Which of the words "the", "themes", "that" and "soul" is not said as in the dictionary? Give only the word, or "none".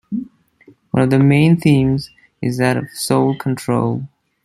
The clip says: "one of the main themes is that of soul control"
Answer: none